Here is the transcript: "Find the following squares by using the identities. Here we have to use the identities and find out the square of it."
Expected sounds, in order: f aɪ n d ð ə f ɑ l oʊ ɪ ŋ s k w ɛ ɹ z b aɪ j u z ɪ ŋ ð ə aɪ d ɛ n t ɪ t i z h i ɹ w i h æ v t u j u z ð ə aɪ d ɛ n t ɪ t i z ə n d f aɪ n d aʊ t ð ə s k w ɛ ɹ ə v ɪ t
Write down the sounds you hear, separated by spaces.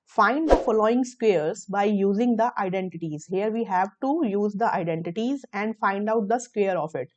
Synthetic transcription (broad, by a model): f aɪ n d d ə f ɑ l oʊ ɪ ŋ s k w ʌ ɹ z b aɪ j u z ɪ ŋ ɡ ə aɪ d ɛ n t ɪ t i z h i ɹ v i h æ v t u j u z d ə aɪ d ɛ n t ɪ t i z ə n d f aɪ n d aʊ t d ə s k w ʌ ɹ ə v ɪ t